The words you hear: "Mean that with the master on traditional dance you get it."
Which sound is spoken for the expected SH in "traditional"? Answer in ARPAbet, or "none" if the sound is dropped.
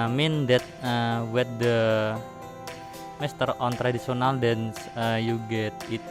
S